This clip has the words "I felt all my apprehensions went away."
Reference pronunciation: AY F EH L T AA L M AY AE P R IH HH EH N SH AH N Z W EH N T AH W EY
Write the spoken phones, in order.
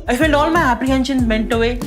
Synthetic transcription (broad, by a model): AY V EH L AA L M AY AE P R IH HH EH N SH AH N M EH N T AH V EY